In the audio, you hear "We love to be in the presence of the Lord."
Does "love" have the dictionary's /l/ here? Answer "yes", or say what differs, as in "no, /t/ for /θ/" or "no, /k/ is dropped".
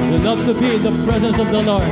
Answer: no, /n/ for /l/